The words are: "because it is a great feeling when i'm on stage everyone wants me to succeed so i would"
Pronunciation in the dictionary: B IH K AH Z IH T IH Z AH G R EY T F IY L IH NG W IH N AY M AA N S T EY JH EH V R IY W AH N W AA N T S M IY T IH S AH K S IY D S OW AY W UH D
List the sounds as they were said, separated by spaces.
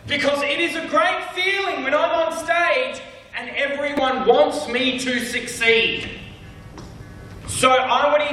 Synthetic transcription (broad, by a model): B IH K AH Z IH T IH Z AH G R EY T F IY L IH NG W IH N AY M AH N S T EY JH EH V R IY W AH N W AA N T S M IY T IH S AH K S IY D S OW AY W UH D